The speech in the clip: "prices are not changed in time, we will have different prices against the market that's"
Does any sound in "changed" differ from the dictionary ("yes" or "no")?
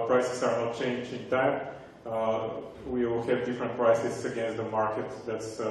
yes